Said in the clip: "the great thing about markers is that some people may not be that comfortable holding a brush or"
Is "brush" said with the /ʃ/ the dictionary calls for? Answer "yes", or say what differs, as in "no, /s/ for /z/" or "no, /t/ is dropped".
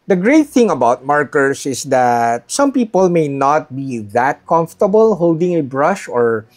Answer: yes